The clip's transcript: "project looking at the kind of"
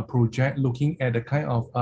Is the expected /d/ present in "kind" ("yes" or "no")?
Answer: no